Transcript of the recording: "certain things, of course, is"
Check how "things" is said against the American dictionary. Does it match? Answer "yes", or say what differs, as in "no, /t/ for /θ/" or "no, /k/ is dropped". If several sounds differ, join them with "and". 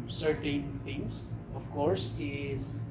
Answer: no, /t/ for /θ/